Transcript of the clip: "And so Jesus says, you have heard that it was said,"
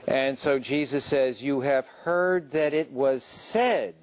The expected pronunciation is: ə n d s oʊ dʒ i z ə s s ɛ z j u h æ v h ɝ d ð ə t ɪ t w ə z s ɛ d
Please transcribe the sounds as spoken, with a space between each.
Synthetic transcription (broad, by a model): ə n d s oʊ dʒ i z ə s s ɛ z j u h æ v h ɝ d ð ə t ɪ t w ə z s ɛ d